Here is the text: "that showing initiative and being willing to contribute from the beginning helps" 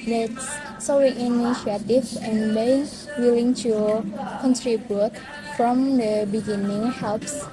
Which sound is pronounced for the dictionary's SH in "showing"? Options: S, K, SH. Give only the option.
S